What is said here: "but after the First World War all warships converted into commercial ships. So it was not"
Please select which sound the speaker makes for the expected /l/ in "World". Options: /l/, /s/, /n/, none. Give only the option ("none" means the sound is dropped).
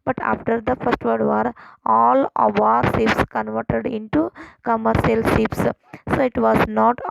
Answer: none